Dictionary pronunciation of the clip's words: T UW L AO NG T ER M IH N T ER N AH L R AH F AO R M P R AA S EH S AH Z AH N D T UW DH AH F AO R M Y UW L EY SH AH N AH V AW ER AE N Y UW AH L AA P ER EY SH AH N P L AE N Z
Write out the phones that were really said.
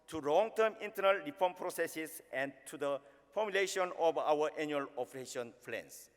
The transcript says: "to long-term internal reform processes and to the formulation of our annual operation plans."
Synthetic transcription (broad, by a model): T UW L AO NG T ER M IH N T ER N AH L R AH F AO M P R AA S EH S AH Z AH N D T UW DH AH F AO M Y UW L EY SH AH N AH B AW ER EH N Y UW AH L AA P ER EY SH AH N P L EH N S